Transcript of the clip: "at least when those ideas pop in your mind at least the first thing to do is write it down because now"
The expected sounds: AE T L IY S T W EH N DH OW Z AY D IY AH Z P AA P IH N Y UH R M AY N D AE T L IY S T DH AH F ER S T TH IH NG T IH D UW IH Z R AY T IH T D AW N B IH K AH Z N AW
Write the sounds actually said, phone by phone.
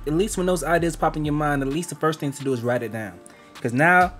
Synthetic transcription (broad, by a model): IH T L IY S T W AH N DH OW Z AY D IY AH Z P AA P IH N Y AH R M AY N D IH T L IY S T DH AH F ER S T TH IH NG T IH D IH IH Z R AY T IH T D AW N K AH Z N AW